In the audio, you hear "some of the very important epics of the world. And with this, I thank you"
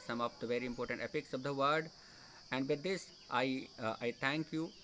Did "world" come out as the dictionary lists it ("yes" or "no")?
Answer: no